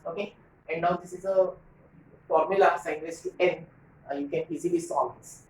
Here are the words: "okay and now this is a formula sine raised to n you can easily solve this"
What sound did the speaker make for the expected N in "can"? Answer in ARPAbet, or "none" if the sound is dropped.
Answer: N